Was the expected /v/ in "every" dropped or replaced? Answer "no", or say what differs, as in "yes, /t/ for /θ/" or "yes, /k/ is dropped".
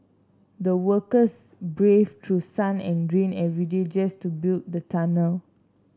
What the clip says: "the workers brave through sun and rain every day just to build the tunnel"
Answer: yes, /v/ is dropped